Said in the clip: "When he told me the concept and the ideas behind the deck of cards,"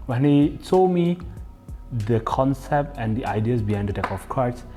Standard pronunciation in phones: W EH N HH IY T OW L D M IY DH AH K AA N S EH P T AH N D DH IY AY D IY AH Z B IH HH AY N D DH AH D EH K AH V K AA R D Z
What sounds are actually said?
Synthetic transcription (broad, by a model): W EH N HH IY S OW M IY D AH K AA N S EH P T AH N D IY AY D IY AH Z B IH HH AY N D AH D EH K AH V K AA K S